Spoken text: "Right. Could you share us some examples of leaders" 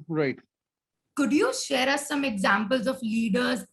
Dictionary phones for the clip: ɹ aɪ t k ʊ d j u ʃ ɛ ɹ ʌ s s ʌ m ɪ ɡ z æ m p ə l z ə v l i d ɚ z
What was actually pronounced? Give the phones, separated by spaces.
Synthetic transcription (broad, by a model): ɹ aɪ t k ʊ d j u ʃ ɛ ɹ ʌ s s ʌ m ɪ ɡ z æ m p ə l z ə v l i d ɚ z